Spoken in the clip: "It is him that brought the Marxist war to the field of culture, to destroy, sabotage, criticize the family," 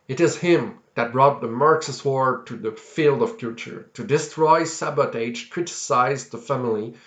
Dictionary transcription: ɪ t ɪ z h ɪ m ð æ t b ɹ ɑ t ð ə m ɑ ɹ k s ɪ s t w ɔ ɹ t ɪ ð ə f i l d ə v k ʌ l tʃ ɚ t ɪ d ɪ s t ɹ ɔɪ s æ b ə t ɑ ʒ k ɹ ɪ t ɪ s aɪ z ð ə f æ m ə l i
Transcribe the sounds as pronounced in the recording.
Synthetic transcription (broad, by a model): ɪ t ɪ z h ɪ m ð æ t b ɹ ɑ t ð ə m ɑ ɹ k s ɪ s w ɔ ɹ t ɪ ð ə f i l d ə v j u tʃ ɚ t ɪ d ɪ s t ɹ ɔɪ s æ b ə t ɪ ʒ k ɹ ɪ t ɪ s aɪ z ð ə f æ m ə l i